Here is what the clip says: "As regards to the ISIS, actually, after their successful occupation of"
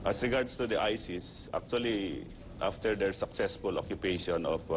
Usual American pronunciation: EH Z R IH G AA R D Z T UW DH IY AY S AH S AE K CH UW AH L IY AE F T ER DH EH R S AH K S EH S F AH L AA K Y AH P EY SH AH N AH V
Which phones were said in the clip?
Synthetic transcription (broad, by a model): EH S R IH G AA R D S T UW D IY AY S AH S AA K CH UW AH L IY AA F T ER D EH R S AH K S EH S F AH L AA K Y AH P EY SH AH N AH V